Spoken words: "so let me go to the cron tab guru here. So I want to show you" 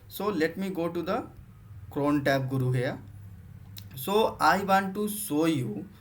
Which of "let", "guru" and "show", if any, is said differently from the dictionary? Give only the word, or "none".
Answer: show